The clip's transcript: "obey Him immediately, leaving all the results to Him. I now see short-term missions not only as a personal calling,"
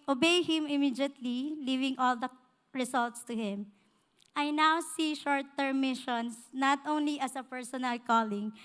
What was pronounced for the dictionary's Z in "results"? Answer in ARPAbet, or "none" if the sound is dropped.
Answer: S